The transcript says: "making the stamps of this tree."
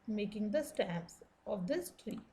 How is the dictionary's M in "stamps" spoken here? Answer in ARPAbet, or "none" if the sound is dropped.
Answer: none